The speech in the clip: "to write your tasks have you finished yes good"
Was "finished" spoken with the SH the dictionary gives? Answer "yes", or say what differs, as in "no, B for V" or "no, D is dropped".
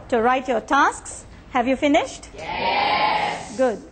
yes